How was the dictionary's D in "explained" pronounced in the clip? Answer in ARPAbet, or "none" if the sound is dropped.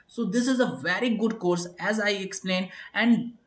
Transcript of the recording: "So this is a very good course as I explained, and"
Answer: none